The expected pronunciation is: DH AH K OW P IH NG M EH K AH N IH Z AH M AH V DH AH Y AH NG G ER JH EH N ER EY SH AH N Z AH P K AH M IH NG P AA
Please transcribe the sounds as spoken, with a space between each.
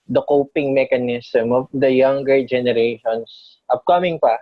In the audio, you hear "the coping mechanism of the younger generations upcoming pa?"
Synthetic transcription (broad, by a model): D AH K OW P IH NG M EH K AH N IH S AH M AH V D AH Y AH NG G ER JH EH N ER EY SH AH N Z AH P K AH M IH NG P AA